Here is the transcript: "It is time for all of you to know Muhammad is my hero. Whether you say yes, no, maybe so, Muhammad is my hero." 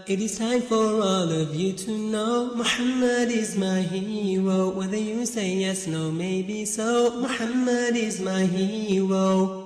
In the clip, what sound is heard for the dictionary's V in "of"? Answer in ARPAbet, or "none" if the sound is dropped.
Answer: V